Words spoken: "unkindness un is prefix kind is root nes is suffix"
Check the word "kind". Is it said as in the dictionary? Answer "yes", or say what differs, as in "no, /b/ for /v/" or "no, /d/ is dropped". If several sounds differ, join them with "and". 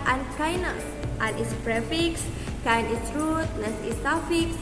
no, /d/ is dropped